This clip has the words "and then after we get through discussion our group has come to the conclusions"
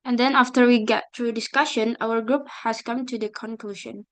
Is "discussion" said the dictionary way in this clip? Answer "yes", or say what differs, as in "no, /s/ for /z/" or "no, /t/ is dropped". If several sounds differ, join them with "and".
yes